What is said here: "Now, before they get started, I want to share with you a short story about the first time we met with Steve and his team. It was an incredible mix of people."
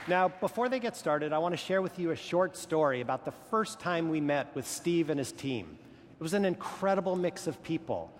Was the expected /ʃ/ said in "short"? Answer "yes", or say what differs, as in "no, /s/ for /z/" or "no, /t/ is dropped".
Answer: yes